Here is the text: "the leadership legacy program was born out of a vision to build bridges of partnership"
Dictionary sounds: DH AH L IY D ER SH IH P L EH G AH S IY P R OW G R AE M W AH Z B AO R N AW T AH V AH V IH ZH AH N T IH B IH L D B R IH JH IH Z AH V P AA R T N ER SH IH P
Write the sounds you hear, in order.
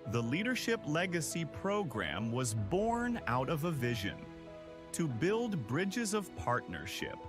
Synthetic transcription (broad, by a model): DH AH L IY D ER SH IH P L EH G AH S IY P R OW G R AE M W AH Z B AO R N AW T AH V AH V IH ZH AH N T IH B IH L D B R IH JH IH Z AH V P AA R T N ER SH IH P